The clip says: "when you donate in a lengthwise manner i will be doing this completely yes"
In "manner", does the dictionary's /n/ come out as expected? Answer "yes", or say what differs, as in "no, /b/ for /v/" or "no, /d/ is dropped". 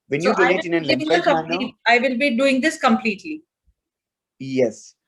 no, /l/ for /n/